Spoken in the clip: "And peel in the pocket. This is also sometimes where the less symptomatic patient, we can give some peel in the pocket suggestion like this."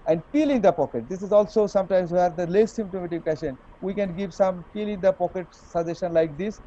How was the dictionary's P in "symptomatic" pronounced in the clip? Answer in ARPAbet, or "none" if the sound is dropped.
none